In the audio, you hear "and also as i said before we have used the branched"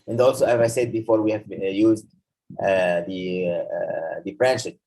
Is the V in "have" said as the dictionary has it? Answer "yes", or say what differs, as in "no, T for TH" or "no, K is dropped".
yes